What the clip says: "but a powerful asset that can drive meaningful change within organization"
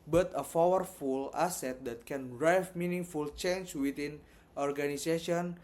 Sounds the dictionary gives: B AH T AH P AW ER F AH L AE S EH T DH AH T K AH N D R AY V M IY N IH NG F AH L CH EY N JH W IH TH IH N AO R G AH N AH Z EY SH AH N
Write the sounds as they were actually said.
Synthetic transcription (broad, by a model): B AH T AH F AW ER F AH L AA S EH T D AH T K AH N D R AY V M IY N IH NG F AH L CH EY N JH W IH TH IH N AO R G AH N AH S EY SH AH N